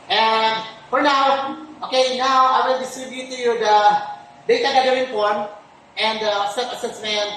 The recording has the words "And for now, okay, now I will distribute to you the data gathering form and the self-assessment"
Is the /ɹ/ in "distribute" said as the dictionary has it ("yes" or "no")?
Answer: yes